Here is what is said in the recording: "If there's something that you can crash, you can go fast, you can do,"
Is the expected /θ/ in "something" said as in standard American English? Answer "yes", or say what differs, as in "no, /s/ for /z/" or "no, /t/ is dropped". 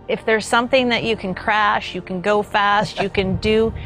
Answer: yes